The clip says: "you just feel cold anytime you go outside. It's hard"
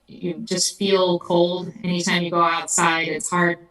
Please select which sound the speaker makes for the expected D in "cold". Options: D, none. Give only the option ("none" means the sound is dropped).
D